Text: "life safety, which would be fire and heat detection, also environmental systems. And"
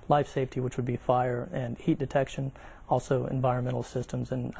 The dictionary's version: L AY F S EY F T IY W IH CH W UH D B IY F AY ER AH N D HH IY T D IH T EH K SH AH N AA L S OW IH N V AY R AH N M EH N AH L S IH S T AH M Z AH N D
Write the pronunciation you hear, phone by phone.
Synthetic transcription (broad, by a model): L AY F S EY F T IY W IH CH W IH D B IY F AY ER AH N HH IY T D IH T EH K SH AH N AA L S OW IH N V AY R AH N M EH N L S IH S T AH M Z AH N